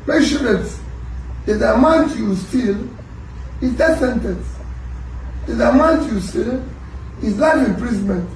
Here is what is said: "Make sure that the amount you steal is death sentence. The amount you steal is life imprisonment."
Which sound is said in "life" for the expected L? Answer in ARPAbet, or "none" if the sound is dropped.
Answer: N